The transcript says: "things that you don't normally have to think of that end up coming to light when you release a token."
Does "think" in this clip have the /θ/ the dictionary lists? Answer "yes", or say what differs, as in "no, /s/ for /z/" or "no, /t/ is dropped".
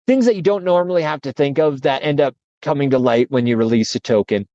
yes